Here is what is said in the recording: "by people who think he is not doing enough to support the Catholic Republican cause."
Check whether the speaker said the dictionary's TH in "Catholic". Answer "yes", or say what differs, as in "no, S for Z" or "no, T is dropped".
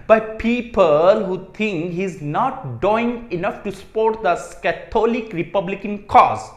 no, T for TH